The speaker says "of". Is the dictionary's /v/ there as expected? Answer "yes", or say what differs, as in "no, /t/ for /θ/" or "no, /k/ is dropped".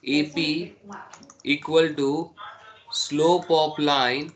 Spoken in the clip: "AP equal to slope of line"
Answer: no, /p/ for /v/